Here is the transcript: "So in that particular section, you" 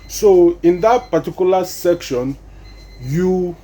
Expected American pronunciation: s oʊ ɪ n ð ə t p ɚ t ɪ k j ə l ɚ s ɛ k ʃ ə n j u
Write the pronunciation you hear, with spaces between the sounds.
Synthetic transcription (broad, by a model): s oʊ ɪ n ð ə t p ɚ t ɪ k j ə l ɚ s ɛ k ʃ ə n j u